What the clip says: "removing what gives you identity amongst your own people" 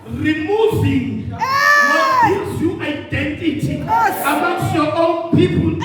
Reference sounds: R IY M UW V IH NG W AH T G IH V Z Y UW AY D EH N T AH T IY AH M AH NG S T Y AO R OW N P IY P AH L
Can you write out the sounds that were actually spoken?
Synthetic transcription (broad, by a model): R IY M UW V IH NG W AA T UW Z Y UW AY D EH N T AH T IY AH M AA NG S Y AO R OW N P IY P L